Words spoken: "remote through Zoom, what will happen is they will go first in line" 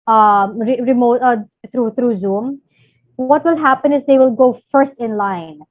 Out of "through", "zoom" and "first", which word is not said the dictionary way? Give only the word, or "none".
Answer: through